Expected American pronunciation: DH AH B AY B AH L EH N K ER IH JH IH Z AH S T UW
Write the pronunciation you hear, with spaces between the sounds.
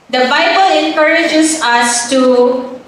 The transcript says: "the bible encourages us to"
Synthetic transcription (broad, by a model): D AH B AY B AH L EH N K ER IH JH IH S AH S T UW